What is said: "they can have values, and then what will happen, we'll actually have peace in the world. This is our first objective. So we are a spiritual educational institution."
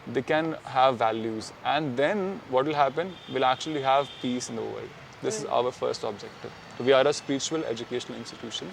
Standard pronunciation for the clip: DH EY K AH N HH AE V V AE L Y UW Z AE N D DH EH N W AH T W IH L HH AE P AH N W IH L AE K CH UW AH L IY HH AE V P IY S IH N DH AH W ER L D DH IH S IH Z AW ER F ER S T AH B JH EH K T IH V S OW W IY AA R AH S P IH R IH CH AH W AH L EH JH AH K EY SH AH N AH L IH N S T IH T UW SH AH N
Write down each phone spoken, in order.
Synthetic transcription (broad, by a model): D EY K AH N HH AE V V AE L Y UW Z AE N D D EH N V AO T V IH L HH AE P AH N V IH L AE K CH UW AH L IY HH AE V P IY S IH N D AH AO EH D IH S IH Z AW ER F ER S T AH B JH EH K T IH V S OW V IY AA R AH S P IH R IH CH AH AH L EH JH AH K EY SH AH N AH L IH N S T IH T UW SH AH N